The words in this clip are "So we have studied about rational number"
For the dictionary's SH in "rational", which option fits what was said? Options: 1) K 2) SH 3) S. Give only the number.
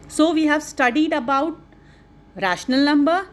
2